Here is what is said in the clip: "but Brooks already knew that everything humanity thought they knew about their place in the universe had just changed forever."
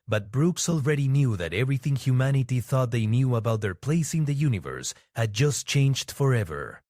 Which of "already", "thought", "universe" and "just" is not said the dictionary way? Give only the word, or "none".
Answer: none